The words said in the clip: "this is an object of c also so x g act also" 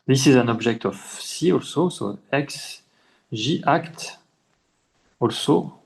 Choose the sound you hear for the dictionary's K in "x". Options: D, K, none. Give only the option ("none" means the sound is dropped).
K